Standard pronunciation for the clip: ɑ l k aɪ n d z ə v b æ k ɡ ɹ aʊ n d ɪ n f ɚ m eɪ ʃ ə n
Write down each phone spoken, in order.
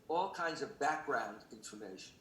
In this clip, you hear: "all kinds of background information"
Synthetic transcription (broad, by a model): ɑ l k aɪ n d z ə v b æ k ɡ ɹ aʊ n d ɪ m f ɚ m eɪ ʃ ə n